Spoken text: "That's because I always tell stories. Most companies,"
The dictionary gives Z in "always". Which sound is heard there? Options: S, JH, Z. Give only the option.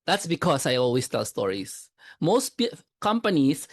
S